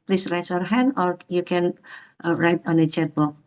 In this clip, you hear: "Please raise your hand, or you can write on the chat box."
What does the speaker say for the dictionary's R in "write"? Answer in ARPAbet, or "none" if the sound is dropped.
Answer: R